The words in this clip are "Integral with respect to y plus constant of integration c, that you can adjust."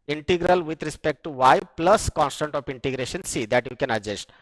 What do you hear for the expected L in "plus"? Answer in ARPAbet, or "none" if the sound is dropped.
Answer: L